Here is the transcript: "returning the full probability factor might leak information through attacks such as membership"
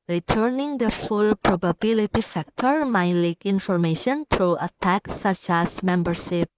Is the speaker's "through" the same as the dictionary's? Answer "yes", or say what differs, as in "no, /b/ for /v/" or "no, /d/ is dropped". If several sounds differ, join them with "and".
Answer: no, /t/ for /θ/